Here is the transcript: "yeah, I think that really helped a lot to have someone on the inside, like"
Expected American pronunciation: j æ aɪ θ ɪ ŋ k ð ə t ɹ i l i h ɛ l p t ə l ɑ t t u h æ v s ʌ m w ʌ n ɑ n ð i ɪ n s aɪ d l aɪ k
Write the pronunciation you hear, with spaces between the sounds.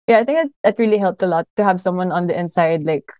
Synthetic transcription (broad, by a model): j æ aɪ θ ɪ ŋ k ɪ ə t ɹ i l i h ɛ l p t ə l ɑ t t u h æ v s ʌ m w ʌ n ɑ n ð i ɪ n s aɪ d l aɪ k